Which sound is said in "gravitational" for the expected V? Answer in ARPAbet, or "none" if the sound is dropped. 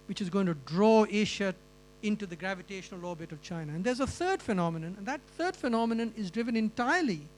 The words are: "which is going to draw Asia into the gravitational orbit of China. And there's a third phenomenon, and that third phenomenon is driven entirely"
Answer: V